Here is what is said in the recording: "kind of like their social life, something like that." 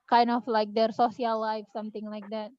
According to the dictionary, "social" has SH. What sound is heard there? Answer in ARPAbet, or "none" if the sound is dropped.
S